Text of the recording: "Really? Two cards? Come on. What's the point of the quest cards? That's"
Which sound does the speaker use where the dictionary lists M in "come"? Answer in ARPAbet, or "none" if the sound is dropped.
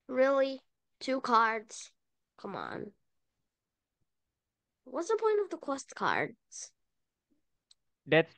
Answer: M